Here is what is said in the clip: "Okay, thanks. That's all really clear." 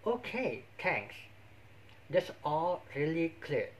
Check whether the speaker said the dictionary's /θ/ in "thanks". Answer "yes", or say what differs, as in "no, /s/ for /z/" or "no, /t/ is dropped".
no, /t/ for /θ/